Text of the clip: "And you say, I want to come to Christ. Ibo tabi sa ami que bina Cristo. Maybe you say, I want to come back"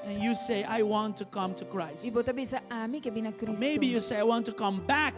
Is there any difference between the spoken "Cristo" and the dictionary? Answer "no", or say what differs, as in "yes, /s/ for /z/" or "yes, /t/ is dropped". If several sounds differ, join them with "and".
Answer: yes, /ɹ/ is dropped and /s/ is dropped